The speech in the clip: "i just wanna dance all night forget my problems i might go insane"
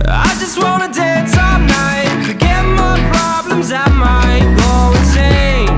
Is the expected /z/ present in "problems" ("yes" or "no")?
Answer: yes